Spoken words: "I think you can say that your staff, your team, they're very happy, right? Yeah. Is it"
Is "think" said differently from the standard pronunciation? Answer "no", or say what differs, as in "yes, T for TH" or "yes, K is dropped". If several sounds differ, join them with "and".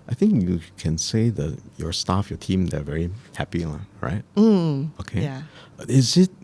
no